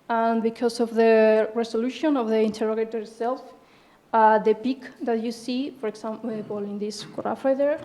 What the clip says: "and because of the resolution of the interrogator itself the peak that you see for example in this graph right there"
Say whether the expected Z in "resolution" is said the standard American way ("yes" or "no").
no